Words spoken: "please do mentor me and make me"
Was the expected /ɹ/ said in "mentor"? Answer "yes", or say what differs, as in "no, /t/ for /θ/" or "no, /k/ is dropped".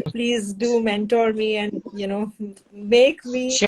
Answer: yes